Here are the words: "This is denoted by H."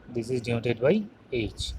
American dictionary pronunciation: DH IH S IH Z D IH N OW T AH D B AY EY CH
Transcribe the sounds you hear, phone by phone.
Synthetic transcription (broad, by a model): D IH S IH Z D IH OW T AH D B AY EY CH